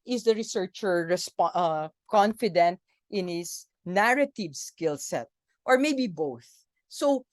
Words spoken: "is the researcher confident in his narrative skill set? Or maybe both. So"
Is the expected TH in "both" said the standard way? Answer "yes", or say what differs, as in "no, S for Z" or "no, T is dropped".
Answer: yes